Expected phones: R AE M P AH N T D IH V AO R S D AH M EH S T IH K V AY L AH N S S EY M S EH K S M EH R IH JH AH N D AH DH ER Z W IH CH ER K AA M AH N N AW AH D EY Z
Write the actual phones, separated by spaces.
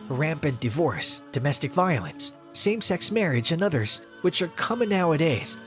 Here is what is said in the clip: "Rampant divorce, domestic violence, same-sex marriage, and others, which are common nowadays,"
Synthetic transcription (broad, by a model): R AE M P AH N D IH V AO R S D AH M EH S T IH K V AY L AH N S S EY M S EH K S M EH R IH JH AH N AH DH ER Z W IH CH ER K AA M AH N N AW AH D EY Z